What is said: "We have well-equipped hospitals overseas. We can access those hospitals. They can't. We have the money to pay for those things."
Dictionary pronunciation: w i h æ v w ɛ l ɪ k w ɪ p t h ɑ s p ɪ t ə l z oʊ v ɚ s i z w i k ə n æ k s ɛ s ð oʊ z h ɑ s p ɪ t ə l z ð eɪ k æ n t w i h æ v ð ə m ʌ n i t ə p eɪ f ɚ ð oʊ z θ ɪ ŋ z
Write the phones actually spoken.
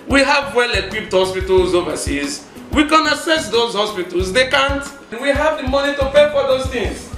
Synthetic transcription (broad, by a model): w i h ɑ v w ɛ l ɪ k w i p t h ɑ s p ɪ t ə l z oʊ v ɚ s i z w i k ə n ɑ s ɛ s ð oʊ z h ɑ s p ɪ t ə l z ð eɪ k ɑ n t w i h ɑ v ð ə m ʌ n i t ə p eɪ f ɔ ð oʊ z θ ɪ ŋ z